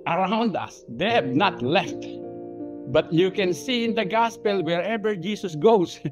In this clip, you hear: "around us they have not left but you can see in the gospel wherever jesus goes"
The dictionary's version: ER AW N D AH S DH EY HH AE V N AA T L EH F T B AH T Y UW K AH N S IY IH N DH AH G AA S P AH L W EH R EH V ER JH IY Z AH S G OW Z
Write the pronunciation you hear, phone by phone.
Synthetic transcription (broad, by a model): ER AW N D AH S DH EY HH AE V N AA T L EH F T B AH T Y UW K AH N S IY IH N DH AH G AA S P AH L W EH R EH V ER JH IY S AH S G OW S